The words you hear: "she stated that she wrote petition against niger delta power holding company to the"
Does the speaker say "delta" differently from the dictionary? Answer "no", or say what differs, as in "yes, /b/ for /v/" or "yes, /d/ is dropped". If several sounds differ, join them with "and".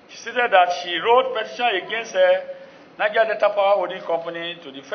yes, /l/ is dropped